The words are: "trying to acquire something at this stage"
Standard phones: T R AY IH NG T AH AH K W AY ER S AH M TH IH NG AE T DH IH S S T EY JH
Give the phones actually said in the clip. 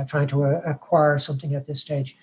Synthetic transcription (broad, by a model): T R AY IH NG T AH AH K W AY ER S AH M TH IH NG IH T DH IH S S T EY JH